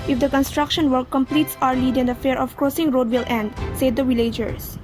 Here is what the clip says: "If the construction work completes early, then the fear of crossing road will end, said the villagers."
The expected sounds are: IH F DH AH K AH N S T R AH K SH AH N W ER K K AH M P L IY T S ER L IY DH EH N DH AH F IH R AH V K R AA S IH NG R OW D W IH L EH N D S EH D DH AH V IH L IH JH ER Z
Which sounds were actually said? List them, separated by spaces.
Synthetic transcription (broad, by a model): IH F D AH K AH N S T R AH K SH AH N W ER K K AH M P L IY T S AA L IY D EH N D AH F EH R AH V K R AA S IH NG R OW D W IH L EH N D S EH D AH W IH L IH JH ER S